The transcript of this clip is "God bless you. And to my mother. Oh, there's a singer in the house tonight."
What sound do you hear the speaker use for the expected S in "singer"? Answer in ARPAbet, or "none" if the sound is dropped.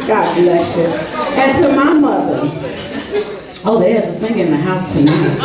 TH